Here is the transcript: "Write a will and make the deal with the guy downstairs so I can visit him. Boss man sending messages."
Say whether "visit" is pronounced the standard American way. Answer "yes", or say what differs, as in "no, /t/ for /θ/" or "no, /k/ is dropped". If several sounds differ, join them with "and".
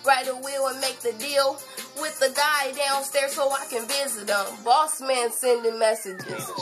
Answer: yes